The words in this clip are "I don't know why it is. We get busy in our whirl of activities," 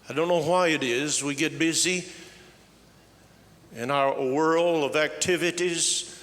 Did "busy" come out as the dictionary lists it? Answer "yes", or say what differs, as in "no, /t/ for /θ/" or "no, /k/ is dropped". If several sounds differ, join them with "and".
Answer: yes